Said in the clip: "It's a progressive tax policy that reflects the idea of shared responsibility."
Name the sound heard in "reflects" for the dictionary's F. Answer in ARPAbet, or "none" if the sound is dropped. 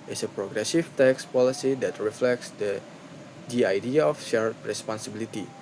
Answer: F